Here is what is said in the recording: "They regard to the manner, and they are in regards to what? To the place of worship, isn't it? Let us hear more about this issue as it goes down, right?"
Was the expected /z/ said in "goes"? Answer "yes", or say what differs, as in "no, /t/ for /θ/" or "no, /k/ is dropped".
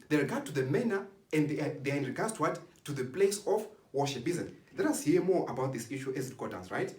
no, /z/ is dropped